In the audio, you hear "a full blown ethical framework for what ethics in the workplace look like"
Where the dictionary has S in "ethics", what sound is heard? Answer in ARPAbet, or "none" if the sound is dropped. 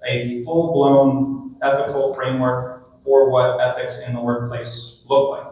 S